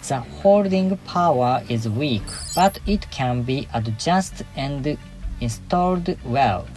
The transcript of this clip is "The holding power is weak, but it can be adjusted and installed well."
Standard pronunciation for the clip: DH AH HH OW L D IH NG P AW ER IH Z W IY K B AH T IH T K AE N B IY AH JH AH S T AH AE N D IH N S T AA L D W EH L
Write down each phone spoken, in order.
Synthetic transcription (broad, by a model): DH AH HH OW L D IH NG P AW ER IH Z W IY K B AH T IH T K AE N B IY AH JH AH S T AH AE N D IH N S T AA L D W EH L